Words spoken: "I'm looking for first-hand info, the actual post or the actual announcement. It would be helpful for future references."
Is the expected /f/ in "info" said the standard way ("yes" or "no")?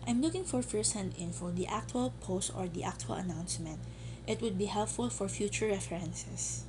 yes